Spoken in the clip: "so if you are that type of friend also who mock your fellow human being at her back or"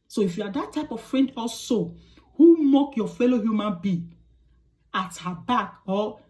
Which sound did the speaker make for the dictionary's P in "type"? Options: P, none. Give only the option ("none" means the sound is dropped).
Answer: P